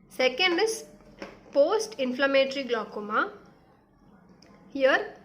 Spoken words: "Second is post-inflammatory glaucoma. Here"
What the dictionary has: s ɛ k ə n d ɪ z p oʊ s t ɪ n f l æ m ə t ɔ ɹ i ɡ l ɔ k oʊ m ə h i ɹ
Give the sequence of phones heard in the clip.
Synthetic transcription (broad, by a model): s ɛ k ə n d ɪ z p oʊ s t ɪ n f l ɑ m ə t ɹ i ɡ l ɔ k oʊ m ə h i ɹ